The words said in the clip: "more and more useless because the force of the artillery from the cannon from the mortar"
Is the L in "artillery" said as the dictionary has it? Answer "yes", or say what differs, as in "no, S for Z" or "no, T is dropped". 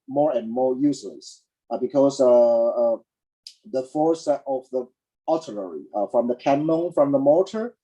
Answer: no, N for L